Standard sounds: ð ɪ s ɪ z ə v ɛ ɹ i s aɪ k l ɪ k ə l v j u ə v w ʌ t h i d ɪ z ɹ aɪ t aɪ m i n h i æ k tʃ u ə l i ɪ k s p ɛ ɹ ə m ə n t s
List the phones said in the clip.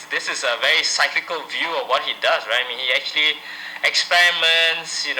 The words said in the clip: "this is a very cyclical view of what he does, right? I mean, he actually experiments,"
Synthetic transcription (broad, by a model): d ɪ s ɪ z ə v ɛ ɹ i s aɪ k l ɪ k ə l v j u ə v w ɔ t h i d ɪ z ɹ aɪ t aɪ m i n h i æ k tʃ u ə l i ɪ k s p ɛ ɹ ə m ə n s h